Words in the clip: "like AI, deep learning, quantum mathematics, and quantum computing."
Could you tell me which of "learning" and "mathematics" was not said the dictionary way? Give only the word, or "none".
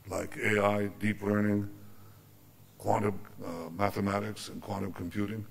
none